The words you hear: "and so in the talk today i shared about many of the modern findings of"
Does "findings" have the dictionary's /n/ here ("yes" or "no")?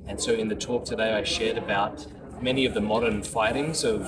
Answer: no